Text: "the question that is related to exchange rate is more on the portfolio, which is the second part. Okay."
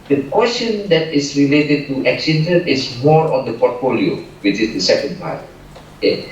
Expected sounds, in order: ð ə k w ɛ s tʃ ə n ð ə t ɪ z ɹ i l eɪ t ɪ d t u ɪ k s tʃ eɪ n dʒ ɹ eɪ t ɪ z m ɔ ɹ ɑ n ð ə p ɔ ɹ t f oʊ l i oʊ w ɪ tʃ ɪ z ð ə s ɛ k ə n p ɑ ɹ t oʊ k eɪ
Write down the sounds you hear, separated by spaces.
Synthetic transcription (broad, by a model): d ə k w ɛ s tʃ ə n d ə t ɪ s ɹ i l eɪ t ɪ d t u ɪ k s eɪ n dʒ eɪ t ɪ s m ɔ ɹ ɑ n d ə p ɔ t f oʊ l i oʊ w ɪ tʃ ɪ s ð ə s ɛ k ə n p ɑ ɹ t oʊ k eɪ